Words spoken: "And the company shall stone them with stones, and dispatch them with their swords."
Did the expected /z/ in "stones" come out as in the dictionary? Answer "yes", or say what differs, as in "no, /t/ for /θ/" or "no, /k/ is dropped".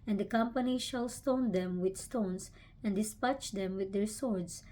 no, /s/ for /z/